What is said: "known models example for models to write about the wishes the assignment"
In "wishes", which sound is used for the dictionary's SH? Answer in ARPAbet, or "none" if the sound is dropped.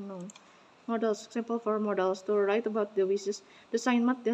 S